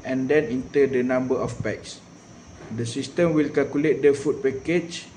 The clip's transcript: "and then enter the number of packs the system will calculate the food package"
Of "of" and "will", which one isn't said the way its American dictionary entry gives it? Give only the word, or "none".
of